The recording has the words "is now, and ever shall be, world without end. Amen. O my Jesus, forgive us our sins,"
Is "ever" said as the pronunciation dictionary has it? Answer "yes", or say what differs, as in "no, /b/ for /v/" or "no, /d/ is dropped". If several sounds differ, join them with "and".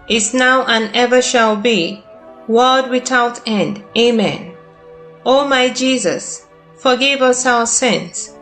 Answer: yes